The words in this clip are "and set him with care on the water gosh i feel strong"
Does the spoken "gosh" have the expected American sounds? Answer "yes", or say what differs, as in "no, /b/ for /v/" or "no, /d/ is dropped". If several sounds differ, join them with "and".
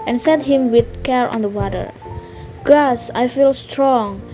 no, /s/ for /ʃ/